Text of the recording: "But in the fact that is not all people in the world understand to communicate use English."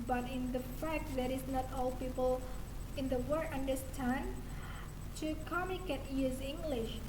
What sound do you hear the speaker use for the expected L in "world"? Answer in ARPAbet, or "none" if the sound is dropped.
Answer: none